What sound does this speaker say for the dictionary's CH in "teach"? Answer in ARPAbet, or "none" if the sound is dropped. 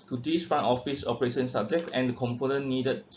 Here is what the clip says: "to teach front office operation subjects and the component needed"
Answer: S